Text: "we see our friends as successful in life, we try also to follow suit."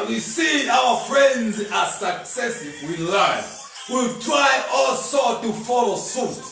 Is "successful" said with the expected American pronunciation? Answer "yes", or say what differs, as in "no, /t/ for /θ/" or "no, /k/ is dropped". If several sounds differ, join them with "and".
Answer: no, /f/ is dropped and /w/ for /l/